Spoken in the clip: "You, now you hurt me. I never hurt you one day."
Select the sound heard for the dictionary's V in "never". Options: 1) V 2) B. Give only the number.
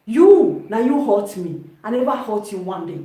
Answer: 2